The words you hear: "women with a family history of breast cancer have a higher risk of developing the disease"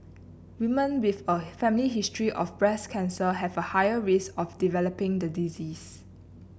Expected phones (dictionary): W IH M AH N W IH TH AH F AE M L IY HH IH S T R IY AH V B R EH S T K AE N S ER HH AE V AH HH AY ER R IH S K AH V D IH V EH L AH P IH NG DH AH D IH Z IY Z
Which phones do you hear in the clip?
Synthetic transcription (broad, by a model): W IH M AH N W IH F AH F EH M L IY HH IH S T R IY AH F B R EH S K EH N S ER HH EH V AH HH AY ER R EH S AH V D IH V EH L AH P IH NG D AH D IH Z IY S